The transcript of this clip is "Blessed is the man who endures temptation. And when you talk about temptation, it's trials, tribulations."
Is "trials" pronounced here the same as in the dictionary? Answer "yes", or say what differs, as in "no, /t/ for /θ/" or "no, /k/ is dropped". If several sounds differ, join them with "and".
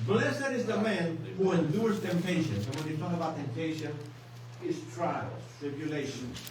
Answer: no, /z/ is dropped